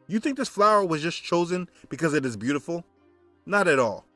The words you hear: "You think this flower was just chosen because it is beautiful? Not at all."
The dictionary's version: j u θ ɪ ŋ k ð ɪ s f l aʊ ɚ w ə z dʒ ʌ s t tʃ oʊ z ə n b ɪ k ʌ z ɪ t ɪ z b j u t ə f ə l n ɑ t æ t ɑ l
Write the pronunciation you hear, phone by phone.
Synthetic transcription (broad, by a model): j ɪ θ ɪ ŋ k ð ɪ s f l aʊ ɚ w ə z dʒ ʌ s tʃ oʊ z ə n b ɪ k ʌ z ɪ t ɪ z b j u t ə f l n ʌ t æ t ɑ l